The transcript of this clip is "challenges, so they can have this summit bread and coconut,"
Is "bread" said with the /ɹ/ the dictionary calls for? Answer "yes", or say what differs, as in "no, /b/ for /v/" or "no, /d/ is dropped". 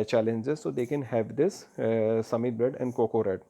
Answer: no, /ɹ/ is dropped